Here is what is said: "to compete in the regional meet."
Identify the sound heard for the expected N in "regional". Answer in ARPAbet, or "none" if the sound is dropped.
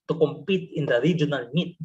N